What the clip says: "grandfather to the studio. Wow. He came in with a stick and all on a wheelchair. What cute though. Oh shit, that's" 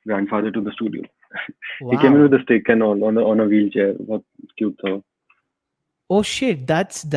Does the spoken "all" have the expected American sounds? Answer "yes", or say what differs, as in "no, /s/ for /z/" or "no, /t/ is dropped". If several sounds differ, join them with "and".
no, /n/ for /l/